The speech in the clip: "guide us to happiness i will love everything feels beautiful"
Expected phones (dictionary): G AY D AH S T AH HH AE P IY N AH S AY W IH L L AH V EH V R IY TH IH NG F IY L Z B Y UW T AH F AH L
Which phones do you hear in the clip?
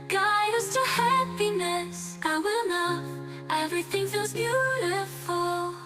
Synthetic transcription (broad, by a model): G AY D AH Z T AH HH AE P IY N AH S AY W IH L N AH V EH V R IY TH IH NG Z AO Z B Y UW T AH F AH L